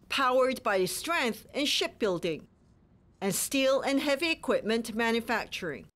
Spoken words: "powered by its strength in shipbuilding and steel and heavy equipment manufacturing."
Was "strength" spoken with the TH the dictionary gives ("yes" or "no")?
yes